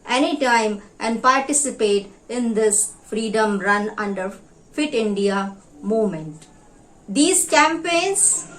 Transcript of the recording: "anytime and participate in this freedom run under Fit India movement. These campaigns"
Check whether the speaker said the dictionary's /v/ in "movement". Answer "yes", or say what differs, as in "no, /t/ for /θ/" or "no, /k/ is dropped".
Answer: no, /v/ is dropped